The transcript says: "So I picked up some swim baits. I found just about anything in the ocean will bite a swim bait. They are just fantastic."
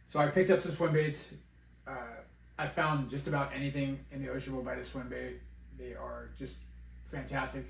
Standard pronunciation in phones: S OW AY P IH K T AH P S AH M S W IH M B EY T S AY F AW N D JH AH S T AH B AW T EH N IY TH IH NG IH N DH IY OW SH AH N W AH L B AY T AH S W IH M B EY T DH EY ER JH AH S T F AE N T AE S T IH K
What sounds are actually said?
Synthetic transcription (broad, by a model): S OW AY P IH K T AH P S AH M S W IH M B EY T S AY F AW N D JH AH S T AH B AW T EH N IY TH IH NG IH N DH IY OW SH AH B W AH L B AY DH AH S W IH M B EY T DH EY ER JH AH S T F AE N T AE S T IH K